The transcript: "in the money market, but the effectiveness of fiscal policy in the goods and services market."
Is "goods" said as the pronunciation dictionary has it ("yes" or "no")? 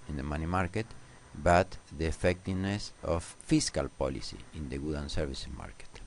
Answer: no